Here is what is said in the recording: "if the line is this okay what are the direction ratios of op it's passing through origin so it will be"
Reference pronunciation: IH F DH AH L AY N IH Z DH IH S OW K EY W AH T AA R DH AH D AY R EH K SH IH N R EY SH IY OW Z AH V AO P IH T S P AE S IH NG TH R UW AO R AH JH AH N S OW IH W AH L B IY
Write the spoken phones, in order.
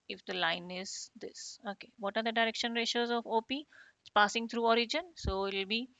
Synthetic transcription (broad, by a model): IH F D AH L AY N IH Z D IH S OW K EY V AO T AA R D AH D AY R EH K SH IH N R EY SH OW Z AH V AO P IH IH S P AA S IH NG T R UW AO R AH JH AH N S OW IH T L B IY